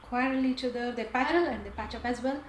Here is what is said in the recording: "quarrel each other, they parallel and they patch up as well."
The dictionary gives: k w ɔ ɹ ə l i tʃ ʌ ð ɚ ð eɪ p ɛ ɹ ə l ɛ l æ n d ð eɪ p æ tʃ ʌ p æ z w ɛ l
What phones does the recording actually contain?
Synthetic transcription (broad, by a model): k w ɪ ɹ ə l i tʃ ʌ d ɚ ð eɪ p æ ɹ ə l l æ n d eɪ p æ tʃ ʌ p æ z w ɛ l